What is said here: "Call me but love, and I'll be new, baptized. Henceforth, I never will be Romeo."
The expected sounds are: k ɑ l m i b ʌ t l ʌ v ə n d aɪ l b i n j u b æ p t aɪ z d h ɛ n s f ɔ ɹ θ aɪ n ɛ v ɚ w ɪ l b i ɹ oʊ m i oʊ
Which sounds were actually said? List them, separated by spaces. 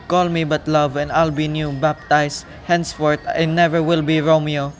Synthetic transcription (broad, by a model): k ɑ l m i b ʌ t l ʌ v ə n d aɪ l b i n j u b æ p t aɪ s h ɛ n s f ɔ ɹ t aɪ n ɛ v ɚ w ɪ l b i ɹ oʊ m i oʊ